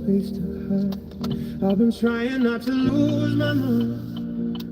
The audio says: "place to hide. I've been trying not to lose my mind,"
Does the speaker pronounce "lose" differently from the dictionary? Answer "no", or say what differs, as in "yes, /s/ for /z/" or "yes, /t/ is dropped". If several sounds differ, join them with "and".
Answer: no